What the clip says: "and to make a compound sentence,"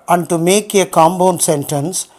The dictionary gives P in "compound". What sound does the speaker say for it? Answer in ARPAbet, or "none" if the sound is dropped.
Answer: B